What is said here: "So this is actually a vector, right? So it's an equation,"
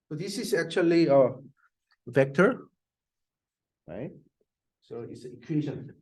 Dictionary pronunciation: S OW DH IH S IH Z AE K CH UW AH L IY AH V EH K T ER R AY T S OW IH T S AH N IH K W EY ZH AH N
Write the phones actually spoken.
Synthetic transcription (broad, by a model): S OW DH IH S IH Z AE K CH UW AH L IY AH V EH K T ER R AY T S OW IH T S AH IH K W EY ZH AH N